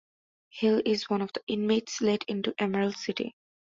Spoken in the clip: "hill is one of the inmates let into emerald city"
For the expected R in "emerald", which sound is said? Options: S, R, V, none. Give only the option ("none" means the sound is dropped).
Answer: none